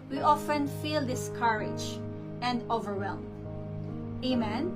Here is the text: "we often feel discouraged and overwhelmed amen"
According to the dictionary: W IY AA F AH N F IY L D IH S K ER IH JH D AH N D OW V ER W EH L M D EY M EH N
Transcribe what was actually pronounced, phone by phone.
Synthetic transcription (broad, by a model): W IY AA F AH N F IY L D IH S K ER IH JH AH N D OW V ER W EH L M EY M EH N